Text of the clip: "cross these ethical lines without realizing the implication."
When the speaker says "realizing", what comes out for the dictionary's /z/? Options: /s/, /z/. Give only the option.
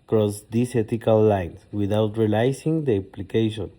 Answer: /s/